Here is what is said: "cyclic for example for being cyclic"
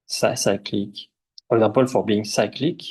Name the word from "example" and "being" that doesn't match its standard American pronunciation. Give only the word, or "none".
example